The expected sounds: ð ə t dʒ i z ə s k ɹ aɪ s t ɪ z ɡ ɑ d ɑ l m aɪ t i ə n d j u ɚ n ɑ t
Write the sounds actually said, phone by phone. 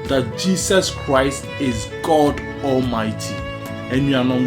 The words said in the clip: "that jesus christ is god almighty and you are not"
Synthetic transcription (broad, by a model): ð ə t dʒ i s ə s k ɹ aɪ s t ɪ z ɡ ɑ d ɑ l m aɪ t i ə n d j u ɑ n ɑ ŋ